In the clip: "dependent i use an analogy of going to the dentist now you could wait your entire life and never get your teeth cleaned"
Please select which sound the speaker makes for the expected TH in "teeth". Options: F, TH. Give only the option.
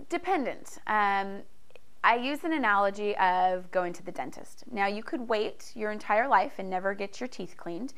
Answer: TH